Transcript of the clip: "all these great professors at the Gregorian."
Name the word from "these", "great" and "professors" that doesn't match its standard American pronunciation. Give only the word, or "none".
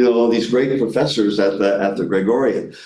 none